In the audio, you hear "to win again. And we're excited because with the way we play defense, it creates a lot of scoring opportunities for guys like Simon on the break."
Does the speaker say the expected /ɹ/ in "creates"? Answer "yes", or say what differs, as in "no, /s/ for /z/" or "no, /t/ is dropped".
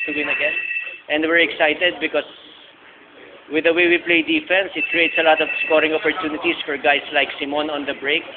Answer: yes